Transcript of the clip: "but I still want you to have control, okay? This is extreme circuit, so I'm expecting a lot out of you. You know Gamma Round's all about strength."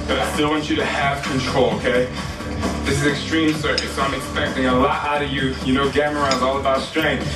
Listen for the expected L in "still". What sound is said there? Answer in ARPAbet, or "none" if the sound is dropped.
N